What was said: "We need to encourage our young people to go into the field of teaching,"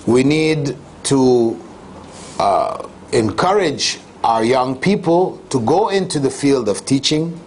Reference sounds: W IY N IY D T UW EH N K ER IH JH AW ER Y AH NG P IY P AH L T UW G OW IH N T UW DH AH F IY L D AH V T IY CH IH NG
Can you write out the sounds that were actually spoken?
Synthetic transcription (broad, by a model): W IY N IY D T UW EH N K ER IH JH AW ER Y AH NG P IY P AH L T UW G OW IH N T UW DH AH F IY L D AH V T IY CH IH NG